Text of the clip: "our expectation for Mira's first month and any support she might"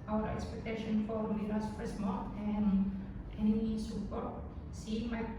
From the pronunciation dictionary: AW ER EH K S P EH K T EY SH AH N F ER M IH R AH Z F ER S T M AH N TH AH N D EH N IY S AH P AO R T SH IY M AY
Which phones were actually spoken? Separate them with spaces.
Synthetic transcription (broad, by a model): AW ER EH K S P EH K T EY SH AH N F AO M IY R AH S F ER S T M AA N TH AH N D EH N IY S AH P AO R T S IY M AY